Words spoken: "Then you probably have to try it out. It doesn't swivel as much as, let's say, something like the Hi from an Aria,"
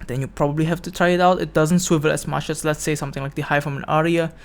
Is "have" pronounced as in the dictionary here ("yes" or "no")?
no